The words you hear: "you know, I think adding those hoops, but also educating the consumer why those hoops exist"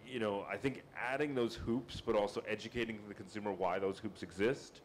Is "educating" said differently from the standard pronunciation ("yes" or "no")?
no